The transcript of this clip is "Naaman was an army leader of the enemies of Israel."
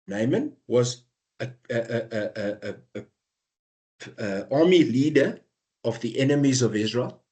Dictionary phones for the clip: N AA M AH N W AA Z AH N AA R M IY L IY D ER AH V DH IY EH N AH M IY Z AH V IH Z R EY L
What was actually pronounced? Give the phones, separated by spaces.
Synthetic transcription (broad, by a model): N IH M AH N W AA Z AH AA M IY L IY D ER AH V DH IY EH N AH M IY Z AH V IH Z R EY L